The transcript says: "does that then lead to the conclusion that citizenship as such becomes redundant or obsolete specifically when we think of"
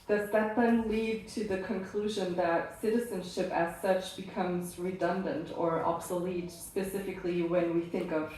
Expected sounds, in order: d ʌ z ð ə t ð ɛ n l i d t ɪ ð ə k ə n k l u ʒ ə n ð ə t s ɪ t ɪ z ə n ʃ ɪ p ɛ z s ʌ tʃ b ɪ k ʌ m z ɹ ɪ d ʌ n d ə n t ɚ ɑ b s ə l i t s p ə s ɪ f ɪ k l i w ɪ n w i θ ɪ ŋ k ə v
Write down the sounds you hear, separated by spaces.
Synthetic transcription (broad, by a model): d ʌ z ð ə t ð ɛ n l i d t ɪ ð ə k ə n k l u ʒ ə n ð ə t s ɪ t ɪ z ə n ʃ ɪ p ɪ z s ʌ tʃ b ɪ k ʌ m z ɹ ɪ d ʌ n d ə n t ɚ ɑ b s ə l i t s p ə s ɪ f ɪ k l i w ɪ n w i θ ɪ ŋ k ə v